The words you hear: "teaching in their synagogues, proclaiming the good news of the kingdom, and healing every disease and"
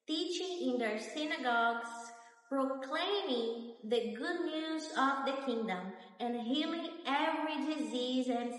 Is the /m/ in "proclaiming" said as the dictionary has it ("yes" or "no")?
yes